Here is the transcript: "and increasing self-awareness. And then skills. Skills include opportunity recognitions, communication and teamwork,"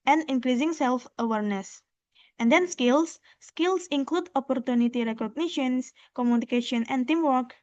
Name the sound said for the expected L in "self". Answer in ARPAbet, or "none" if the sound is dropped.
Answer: L